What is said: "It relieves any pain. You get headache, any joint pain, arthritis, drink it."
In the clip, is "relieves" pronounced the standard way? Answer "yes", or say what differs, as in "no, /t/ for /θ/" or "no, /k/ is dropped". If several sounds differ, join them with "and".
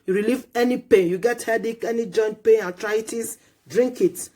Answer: no, /z/ is dropped